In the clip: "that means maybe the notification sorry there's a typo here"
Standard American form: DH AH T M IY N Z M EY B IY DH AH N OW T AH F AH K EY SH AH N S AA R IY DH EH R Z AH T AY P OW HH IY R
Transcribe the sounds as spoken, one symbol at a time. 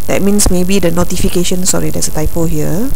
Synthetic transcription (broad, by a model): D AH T M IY N S M EY B IY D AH N OW T AH F AH K EY SH AH N S AA R IY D EH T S AH T AY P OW HH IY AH